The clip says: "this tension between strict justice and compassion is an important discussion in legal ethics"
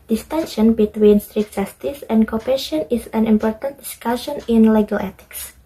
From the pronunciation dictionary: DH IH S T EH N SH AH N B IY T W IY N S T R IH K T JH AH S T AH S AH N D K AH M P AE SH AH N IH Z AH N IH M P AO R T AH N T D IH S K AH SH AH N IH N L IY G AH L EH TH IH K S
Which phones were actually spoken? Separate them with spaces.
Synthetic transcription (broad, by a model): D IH S T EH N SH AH N B IY T W IY N S T R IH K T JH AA S T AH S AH N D K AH P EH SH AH N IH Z AH N IH M P AO R T AH N T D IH S K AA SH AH N IH N L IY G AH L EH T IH K S